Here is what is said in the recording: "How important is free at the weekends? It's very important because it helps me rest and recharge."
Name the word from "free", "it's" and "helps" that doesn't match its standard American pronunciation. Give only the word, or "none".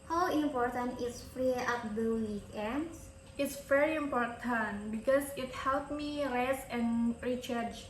helps